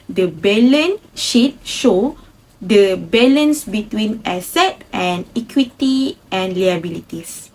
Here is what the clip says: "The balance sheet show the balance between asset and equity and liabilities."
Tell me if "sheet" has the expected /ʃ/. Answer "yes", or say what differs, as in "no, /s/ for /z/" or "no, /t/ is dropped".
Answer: yes